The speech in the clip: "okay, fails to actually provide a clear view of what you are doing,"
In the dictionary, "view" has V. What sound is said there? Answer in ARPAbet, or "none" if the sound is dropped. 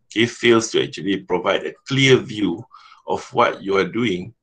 V